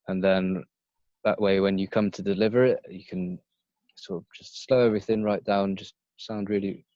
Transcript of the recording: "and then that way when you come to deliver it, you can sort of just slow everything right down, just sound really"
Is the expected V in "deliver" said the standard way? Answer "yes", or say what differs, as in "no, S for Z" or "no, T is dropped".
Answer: yes